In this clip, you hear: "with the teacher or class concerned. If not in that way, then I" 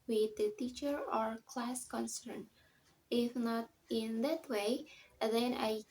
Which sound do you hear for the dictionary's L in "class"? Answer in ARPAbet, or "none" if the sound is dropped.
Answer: L